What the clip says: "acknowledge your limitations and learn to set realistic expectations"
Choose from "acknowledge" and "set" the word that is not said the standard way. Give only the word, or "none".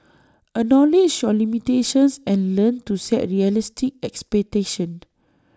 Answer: acknowledge